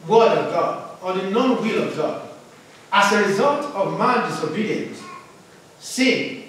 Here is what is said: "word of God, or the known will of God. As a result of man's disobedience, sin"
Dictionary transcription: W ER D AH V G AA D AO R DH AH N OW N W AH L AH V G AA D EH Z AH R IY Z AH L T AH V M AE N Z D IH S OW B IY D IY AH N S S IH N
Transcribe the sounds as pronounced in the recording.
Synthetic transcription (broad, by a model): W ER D AH V G AA D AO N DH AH N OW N W AH L AH V G AA D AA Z AH R IY Z AH L T AH V M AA N D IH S OW B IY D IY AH N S S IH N